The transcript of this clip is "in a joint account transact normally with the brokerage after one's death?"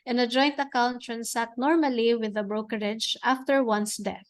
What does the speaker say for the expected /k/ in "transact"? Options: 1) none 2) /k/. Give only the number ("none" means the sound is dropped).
1